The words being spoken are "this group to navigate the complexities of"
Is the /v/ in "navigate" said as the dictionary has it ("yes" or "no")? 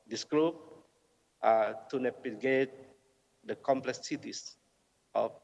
no